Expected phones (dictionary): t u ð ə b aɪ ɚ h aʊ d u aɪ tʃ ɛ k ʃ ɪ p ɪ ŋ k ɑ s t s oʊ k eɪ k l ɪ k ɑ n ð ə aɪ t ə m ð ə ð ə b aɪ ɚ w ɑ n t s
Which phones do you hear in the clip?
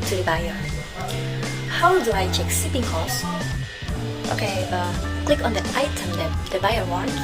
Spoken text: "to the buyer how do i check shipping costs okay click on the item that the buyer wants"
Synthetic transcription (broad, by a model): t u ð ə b aɪ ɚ h aʊ d u aɪ tʃ ɛ k s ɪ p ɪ ŋ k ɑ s t oʊ k eɪ k l ɪ k ɑ n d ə aɪ t ə m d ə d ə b aɪ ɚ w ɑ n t